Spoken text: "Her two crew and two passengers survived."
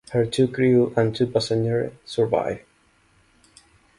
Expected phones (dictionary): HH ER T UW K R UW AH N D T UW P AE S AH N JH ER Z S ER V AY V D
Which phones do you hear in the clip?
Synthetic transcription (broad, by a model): HH ER T UW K R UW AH N T UW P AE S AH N ER S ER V AY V